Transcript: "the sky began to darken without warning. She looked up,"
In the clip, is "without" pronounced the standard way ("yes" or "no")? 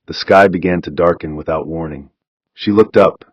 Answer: yes